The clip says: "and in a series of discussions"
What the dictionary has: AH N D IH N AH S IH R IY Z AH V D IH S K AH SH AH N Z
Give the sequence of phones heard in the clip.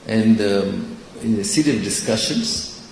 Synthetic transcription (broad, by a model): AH N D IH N AH S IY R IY AH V D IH S K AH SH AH N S